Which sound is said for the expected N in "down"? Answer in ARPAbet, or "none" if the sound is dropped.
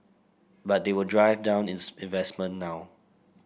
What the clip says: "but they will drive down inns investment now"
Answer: N